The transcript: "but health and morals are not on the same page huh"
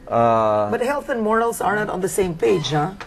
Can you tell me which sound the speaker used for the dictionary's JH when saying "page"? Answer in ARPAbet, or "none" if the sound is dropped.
JH